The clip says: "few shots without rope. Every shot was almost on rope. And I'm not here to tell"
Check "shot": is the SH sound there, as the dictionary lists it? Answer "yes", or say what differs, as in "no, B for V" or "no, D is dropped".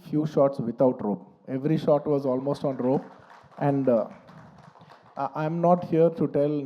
yes